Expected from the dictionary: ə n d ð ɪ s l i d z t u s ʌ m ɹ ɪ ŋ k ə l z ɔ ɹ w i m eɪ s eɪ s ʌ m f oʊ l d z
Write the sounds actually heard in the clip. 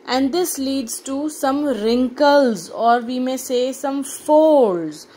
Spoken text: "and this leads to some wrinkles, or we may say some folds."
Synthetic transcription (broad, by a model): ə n d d ɪ s l i d z t u s ʌ m ɹ ɪ ŋ k ə l z ɔ ɹ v i m eɪ s eɪ s ʌ m f oʊ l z